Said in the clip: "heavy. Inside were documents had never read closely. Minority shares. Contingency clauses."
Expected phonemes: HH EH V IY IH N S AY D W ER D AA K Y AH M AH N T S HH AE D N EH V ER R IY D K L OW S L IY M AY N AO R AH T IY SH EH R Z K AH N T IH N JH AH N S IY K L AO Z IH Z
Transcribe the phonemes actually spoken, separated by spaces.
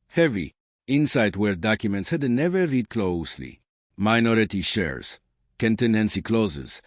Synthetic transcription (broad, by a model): HH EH V IY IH N S AY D W ER D AA K Y AH M AH N T S HH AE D N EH V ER R IY D K L OW S L IY M AY N AO R AH T IY SH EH R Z K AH N T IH N AH N S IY K L AO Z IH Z